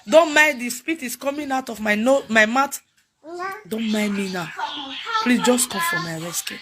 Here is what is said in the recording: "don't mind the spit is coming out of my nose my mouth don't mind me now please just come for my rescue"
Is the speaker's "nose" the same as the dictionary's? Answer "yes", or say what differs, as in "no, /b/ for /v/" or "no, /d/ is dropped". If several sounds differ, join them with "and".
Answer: no, /z/ is dropped